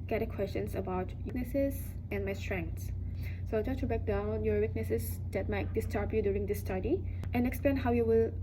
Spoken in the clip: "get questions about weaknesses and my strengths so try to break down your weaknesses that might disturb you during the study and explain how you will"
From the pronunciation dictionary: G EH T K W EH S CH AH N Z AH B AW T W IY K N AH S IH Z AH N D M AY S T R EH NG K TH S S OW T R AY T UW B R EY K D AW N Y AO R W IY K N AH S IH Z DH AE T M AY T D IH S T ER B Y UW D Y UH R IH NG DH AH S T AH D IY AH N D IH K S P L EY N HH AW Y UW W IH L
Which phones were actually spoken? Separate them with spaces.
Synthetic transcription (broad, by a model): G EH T K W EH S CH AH N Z AH B AW T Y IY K N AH S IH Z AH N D M AY S T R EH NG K T S S OW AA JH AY T UW B R EY K D AW N Y AO R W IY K N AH S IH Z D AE T M AY T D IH S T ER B Y UW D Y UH R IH NG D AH S T AH D IY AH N IH K S P L EY N HH AW Y UW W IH L